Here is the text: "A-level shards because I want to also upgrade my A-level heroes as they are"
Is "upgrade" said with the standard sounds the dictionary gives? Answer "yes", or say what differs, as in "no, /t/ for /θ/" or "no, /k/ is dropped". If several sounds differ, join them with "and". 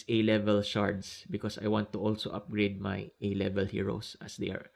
yes